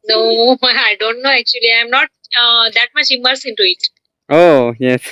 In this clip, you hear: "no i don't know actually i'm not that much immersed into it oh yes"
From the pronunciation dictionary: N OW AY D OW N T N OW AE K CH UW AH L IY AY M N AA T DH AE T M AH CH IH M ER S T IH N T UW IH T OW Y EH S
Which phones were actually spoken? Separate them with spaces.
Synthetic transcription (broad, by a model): N OW AY D OW N T N OW AE K CH UW AH L IY AY M N AA T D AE T M AH CH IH M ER S IH N T UW IH T OW Y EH S